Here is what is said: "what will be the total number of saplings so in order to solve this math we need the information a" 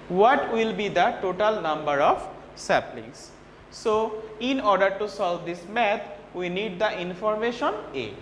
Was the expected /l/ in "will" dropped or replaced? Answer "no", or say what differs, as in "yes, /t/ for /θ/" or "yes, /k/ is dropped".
no